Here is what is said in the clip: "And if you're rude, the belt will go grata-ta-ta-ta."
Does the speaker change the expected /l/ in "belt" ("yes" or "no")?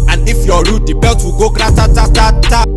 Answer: yes